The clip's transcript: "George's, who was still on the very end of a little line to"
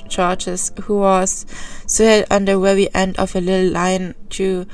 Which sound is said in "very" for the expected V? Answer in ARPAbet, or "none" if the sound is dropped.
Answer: W